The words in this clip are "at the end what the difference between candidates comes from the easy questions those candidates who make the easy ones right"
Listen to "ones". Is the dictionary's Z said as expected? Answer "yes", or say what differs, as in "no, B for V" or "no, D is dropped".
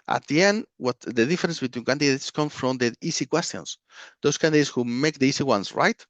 no, S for Z